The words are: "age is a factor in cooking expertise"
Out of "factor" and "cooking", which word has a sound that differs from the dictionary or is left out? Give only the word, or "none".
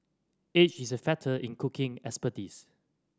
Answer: factor